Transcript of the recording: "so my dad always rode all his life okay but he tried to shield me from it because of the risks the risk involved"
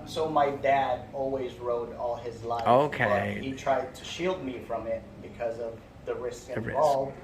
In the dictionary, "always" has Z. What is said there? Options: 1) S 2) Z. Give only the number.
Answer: 2